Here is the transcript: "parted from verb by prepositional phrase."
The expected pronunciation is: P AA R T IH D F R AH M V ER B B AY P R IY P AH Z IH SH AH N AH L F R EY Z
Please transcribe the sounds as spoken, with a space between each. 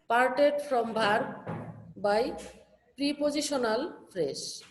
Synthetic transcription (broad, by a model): P AA R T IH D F R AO M B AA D B AY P R IY P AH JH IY SH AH N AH L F R EY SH